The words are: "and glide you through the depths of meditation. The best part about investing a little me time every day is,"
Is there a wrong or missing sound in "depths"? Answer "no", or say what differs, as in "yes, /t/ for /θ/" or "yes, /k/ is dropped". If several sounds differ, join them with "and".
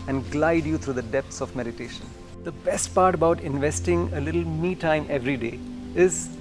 yes, /t/ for /θ/